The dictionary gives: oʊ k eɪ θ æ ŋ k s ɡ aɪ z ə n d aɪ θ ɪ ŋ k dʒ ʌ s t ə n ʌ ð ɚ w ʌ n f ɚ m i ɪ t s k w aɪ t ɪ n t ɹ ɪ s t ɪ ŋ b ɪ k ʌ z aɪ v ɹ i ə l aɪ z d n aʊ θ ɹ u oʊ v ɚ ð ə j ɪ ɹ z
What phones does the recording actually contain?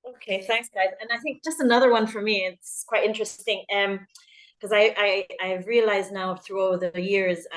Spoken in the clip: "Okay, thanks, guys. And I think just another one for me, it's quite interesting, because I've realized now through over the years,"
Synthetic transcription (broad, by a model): oʊ k eɪ θ æ ŋ k s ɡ aɪ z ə n aɪ θ ɪ ŋ k dʒ ʌ s t ə n ʌ ð ɚ w ʌ n f ɚ m i ɪ t s k w aɪ t ɪ n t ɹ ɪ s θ ɪ ŋ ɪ k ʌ z aɪ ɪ ɹ i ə l aɪ z n aʊ θ ɹ u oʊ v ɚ ð ə j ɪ ɹ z